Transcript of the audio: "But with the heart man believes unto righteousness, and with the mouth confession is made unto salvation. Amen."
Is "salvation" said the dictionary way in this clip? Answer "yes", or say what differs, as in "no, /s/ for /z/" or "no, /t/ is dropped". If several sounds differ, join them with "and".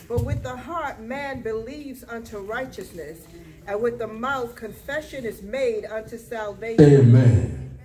no, /ʃ/ is dropped and /n/ is dropped